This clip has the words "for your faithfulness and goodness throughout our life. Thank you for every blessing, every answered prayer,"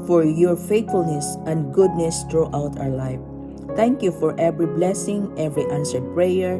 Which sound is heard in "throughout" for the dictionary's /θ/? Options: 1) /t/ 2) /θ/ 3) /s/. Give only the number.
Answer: 1